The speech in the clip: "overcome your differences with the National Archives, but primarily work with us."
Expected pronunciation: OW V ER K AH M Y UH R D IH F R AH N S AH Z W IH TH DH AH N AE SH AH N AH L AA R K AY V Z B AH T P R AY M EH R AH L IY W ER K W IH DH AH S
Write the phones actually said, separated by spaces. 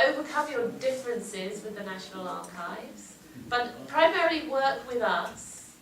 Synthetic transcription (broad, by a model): OW V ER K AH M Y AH D IH F R AH N S AH Z W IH DH AH N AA SH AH N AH L AA K AY V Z B AH T P R AY M EH R AH L IY W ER K W IH DH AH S